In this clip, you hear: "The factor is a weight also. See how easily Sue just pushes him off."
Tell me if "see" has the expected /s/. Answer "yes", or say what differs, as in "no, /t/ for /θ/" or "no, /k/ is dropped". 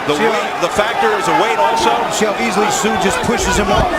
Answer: no, /ʃ/ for /s/